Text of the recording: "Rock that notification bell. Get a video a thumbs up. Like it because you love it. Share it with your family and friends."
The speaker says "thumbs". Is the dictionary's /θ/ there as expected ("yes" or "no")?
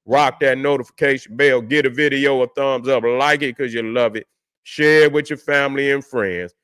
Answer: yes